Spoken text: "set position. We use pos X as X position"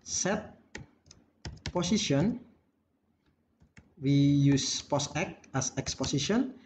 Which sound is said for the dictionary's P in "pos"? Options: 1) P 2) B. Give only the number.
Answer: 1